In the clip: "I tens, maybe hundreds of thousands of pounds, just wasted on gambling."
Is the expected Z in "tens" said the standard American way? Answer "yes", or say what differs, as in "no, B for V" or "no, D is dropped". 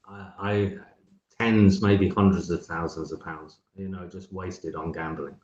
yes